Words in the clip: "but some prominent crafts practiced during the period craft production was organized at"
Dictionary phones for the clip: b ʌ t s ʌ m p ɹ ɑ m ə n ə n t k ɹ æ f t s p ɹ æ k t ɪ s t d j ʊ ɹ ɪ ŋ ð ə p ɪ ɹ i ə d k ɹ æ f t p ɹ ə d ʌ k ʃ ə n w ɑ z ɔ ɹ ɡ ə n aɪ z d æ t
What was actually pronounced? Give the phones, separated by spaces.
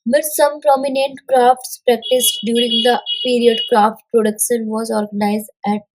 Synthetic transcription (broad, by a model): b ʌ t s ʌ m p ɹ ɑ m ə n ə n t k ɹ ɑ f t s p ɹ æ k t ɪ s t d j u ɹ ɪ ŋ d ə p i ɹ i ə d k ɹ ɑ f t p ɹ ə d ʌ k ʃ ə n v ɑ z ɔ ɹ ɡ ə n aɪ z d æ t